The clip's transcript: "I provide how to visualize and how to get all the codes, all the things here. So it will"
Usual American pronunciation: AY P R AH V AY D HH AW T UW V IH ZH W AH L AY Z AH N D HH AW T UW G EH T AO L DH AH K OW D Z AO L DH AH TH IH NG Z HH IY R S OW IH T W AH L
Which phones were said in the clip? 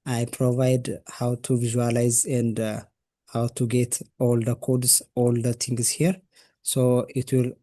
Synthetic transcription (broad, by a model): AY P R AH V AY D HH AW T UW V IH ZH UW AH L AY Z AH N D HH AW T UW G EH T AO L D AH K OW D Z AO L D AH T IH NG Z HH IY R S OW IH T W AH L